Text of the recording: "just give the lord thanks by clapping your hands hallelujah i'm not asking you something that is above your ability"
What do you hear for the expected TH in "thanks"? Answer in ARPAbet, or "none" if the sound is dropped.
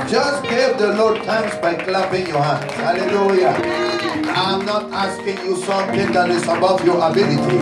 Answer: T